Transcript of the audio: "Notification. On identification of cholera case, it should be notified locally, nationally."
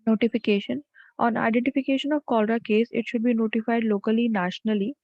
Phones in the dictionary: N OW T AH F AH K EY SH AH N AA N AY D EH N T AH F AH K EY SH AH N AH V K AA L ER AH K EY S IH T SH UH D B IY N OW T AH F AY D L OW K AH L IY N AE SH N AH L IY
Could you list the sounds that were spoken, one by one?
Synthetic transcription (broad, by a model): N OW T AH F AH K EY SH AH N AA N AY D EH N T AH F AH K EY SH AH N AH V K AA L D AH K EY S IH T SH UH D B IY N OW T AH F AY D L OW K AH L IY N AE SH N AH L IY